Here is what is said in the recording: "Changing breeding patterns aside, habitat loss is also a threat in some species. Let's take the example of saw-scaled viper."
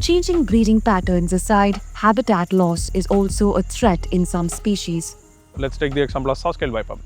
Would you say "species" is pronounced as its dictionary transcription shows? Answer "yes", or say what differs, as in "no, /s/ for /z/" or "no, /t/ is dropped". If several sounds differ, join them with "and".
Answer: yes